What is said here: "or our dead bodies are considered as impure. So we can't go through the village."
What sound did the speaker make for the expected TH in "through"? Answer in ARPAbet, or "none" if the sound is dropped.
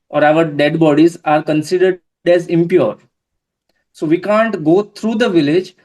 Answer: T